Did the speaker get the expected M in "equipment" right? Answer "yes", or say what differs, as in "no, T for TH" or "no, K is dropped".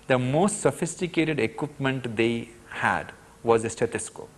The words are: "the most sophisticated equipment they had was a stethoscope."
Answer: yes